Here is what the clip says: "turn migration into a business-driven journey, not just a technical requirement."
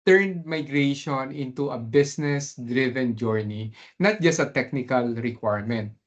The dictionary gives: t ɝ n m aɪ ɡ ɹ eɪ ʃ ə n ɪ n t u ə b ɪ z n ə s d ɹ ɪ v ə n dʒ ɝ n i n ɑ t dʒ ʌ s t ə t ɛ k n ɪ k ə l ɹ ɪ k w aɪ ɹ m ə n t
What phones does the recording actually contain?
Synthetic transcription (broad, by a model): t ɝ n m aɪ ɡ ɹ eɪ ʃ ə n ɪ n t u ə b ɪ s n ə s d ɹ ɪ v ə n dʒ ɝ n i n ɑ t dʒ ʌ s t ə t ɛ k n ɪ k ə l ɹ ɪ k w aɪ ɹ m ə n t